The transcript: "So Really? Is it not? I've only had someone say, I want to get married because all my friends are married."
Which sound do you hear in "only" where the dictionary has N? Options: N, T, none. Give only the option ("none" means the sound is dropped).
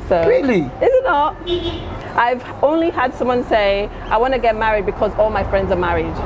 N